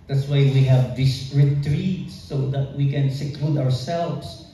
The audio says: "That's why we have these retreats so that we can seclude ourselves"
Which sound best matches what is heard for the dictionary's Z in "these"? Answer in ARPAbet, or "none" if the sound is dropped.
S